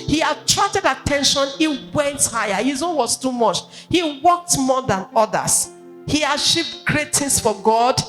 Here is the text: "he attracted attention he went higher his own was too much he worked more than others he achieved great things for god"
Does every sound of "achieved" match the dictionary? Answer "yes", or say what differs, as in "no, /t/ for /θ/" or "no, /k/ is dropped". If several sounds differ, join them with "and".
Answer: no, /ʃ/ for /tʃ/